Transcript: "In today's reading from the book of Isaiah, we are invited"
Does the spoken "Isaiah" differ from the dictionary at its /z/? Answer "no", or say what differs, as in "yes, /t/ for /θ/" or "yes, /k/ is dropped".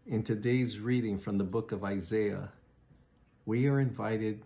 no